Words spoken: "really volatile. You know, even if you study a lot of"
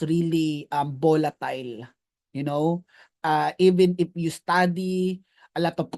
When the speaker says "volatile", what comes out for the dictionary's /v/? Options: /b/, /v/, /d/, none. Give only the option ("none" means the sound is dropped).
/b/